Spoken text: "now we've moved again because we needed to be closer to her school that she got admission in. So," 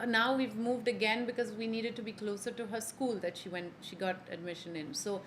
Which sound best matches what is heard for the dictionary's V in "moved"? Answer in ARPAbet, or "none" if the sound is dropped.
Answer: V